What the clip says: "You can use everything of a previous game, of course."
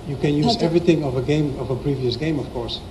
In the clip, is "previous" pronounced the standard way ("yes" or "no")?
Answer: yes